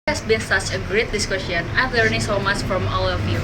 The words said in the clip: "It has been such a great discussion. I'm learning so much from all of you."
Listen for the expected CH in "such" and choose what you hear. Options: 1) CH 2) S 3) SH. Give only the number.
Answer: 1